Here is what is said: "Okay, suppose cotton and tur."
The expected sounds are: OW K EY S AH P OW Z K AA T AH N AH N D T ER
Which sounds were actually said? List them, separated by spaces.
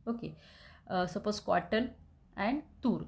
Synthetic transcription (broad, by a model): OW K EY S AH P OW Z K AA T AH L AH N D T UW